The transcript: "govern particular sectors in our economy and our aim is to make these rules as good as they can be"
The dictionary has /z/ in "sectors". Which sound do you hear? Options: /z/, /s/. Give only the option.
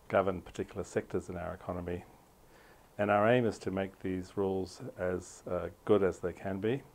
/z/